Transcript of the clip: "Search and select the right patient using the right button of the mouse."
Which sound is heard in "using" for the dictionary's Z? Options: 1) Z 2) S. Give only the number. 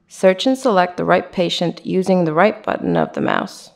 1